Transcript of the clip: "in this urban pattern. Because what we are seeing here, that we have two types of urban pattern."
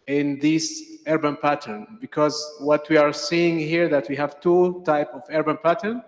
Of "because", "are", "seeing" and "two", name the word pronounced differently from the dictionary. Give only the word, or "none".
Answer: none